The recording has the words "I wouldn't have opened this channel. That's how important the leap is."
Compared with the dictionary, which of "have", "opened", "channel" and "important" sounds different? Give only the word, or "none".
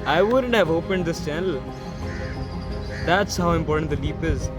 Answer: none